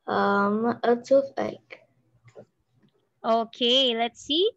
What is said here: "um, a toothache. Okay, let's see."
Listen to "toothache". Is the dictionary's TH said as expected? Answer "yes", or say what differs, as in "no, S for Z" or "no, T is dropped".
no, F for TH